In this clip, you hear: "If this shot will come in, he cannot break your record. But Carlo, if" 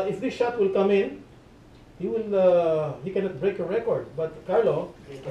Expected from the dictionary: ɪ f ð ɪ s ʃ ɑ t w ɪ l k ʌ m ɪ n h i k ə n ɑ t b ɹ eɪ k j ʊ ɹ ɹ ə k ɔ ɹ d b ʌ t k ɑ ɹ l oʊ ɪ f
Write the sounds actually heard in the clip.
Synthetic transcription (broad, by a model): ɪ f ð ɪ s ʃ ɑ t w ɪ l k ʌ m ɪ n h i k ə n ɑ t b ɹ eɪ k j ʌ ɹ ɹ ə k ɔ ɹ d b ʌ t k ɑ ɹ l oʊ